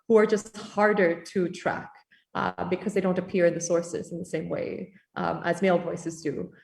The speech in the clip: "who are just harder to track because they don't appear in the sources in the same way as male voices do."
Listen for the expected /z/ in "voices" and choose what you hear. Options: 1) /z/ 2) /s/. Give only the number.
1